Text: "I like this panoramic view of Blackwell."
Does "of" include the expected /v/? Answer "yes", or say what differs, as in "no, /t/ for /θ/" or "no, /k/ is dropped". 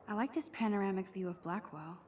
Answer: yes